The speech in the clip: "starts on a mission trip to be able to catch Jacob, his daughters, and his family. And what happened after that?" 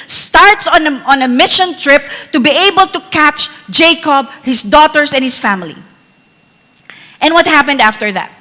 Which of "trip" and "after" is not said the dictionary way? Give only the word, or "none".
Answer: none